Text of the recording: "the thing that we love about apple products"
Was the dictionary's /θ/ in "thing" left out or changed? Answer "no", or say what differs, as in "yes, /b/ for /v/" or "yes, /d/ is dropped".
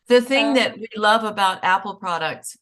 no